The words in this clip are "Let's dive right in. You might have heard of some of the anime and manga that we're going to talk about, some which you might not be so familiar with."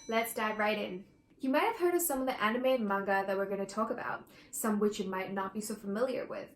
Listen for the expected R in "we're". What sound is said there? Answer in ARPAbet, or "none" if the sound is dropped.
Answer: R